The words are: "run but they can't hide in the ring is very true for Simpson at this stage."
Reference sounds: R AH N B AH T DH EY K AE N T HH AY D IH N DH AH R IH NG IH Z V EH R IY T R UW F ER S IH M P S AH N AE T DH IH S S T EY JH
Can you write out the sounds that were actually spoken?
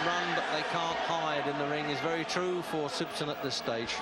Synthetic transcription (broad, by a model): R AH N B AH T DH EY K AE N T HH AY D IH N DH AH R IH NG IH Z V EH R IY T R UW F ER S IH P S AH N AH T DH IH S S T EY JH